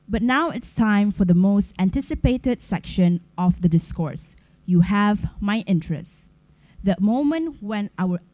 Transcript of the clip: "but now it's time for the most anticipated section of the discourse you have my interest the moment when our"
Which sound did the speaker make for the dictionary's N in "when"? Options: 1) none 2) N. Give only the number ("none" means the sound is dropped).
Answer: 2